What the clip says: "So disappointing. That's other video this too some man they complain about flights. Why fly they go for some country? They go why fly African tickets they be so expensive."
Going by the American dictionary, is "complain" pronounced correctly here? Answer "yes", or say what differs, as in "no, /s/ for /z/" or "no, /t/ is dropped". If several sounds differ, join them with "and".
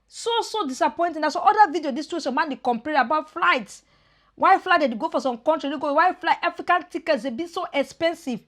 no, /l/ is dropped and /n/ is dropped